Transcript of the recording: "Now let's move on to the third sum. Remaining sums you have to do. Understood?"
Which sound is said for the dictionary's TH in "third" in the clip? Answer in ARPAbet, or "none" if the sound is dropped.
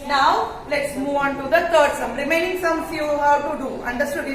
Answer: T